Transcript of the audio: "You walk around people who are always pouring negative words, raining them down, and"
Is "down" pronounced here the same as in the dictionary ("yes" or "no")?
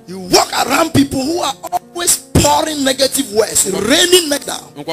no